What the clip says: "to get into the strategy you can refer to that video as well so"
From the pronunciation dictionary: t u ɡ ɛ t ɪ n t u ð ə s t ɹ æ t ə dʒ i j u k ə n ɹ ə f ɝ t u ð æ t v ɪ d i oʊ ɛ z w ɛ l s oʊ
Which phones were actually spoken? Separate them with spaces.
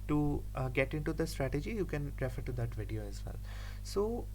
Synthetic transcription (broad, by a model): t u ɡ ɛ t ɪ n t u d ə s t ɹ æ t ə dʒ i j u k ə n ɹ ə f ɝ t u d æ t v ɪ d i oʊ ɛ z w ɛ l s oʊ